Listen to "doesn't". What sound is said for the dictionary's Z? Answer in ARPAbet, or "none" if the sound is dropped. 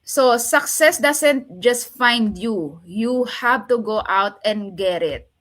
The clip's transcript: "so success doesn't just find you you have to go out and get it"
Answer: S